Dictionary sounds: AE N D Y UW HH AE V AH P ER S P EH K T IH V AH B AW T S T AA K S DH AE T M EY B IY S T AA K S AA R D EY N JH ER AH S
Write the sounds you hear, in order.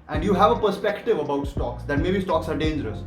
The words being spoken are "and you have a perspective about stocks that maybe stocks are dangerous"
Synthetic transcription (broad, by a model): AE N D Y UW HH AE V AH P ER S P EH K T IH V AH B AW T S T AA K S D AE T M EY B IY S T AA K S AA R D EY N JH ER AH S